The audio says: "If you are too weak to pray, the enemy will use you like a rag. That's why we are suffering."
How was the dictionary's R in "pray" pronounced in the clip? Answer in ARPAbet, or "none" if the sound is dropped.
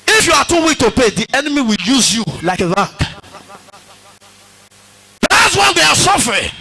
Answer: none